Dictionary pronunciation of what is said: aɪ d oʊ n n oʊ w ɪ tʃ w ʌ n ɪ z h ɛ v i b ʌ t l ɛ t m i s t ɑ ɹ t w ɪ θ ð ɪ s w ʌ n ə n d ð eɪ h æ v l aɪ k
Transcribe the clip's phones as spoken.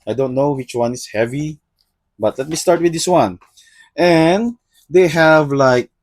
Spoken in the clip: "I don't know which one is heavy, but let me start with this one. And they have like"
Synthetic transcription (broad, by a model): aɪ d oʊ n n oʊ w ɪ tʃ w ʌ n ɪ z h ɛ v i b ʌ t l ɛ t m i s t ɑ ɹ t w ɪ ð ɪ s w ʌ n ə n d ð eɪ h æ v l aɪ k